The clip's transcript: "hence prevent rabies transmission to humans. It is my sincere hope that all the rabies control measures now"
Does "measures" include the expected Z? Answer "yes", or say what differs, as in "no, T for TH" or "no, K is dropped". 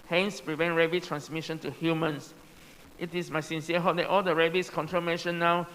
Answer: no, Z is dropped